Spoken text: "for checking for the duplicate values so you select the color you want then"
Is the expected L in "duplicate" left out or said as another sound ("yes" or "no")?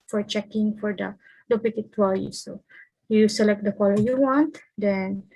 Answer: yes